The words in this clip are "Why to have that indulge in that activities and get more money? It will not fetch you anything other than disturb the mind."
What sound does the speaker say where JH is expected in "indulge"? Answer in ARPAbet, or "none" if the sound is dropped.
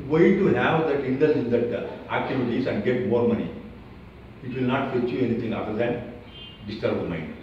none